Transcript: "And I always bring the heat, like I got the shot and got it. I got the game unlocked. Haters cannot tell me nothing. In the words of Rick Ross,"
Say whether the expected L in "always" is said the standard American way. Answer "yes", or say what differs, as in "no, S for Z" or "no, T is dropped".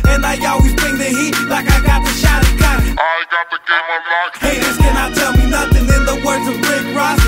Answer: yes